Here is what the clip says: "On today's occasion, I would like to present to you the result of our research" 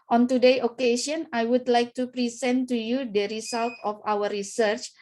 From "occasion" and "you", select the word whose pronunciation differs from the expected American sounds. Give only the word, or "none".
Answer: occasion